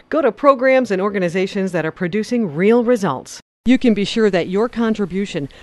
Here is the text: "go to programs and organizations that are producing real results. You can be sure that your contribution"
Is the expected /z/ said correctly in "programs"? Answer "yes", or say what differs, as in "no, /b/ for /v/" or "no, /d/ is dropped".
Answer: yes